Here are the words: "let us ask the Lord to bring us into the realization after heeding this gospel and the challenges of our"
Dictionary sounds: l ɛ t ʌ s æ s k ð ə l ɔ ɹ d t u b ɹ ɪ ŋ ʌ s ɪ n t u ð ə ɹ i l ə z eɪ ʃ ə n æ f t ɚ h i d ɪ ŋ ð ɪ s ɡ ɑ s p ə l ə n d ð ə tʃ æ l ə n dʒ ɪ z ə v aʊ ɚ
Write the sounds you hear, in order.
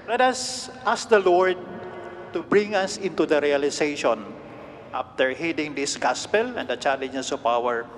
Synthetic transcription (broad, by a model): l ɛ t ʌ s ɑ s k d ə l ɔ ɹ d t u b ɹ ɪ ŋ ʌ s ɪ n t u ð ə ɹ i l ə s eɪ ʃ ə n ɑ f t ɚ h i d ɪ ŋ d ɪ s ɡ ɑ s p ə l ə n d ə tʃ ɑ l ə n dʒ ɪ s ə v aʊ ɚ